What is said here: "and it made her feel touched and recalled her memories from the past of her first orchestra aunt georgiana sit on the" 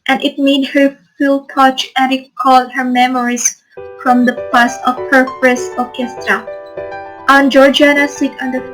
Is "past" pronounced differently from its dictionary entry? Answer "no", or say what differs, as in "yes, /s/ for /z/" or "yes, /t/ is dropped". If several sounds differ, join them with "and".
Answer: yes, /t/ is dropped